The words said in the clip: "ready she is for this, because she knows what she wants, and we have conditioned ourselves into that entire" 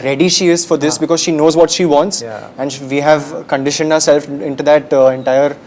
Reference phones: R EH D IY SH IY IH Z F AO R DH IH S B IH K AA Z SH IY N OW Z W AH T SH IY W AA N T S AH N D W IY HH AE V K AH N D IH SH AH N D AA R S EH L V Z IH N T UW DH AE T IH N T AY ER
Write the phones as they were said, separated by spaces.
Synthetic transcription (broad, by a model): R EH D IY SH IY IH Z F AO R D IH S B IH K AA Z SH IY N OW Z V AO T SH IY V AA N T S AH N D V IY HH AE V K AH N D IH SH AH N D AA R S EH L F IH N T UW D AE T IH N T AY ER